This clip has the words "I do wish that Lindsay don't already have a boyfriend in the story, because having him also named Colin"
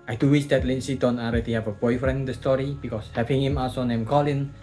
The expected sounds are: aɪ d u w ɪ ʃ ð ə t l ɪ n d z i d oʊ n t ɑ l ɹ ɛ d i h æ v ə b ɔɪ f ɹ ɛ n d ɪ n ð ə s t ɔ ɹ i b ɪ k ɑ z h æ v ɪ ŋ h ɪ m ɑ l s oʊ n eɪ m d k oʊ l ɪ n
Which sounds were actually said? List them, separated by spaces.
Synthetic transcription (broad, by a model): aɪ d u w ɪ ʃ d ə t l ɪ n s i d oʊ n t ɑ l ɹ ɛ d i h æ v ə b ɔɪ f ɹ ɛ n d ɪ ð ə s t ɔ ɹ i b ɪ k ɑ s h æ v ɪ ŋ h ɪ m ɑ l s oʊ n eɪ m k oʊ l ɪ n